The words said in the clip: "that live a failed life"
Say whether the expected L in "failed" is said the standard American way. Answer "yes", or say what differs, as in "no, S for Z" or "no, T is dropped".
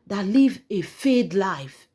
no, L is dropped